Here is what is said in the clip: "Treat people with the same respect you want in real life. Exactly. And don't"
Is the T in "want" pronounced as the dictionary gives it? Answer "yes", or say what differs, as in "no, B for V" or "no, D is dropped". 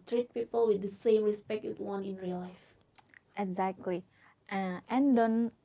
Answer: no, T is dropped